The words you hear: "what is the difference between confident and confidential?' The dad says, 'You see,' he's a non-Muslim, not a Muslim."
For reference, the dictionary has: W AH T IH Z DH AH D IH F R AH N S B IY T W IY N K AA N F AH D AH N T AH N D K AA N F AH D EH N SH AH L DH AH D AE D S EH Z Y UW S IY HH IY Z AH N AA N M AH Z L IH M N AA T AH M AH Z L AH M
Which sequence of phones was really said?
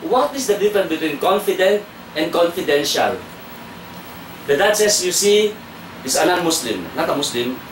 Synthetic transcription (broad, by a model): W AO T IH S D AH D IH F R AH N B IY T W IY N K AA N F AH D AH N T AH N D K AA N F AH D EH N SH AH L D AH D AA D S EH S Y UW S IY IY S AH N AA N M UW S L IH M N AA T AH M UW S L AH M